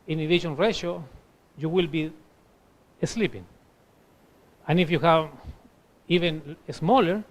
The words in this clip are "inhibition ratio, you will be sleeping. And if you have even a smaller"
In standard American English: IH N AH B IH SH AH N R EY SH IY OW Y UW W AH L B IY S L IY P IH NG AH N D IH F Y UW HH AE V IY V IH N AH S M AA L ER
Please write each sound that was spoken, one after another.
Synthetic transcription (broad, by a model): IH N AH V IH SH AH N R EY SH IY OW Y UW W AH L B IY S L IY P IH NG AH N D IH F Y UW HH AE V IY V IH N AH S M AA L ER